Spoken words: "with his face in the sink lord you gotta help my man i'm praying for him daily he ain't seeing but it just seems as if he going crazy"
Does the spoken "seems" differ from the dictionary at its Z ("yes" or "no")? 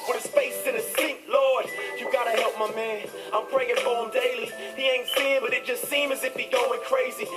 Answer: yes